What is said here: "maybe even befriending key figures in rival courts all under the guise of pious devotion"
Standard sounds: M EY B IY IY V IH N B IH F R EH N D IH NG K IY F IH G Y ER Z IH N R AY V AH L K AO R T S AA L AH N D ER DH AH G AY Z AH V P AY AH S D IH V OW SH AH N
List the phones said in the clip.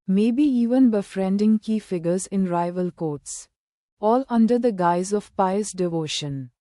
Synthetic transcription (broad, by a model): M EY B IY IY V IH N B IH F R EH N D IH NG K IY F IH G ER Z IH N R AY V AH L K AO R T S AA L AH N D ER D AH G AY Z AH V P AY AH S D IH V OW SH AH N